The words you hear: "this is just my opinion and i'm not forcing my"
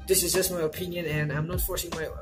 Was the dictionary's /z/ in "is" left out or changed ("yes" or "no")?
no